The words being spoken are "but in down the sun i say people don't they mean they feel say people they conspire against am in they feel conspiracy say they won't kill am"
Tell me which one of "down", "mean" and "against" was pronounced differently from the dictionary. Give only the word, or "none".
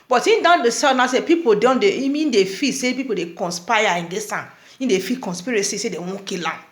against